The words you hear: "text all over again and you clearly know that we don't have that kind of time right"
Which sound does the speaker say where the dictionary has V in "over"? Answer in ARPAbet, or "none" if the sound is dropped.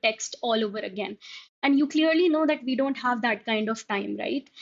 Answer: V